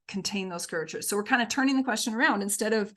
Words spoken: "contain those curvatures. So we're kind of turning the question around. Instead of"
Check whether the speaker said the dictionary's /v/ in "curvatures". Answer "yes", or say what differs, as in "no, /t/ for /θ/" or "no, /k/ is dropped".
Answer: no, /v/ is dropped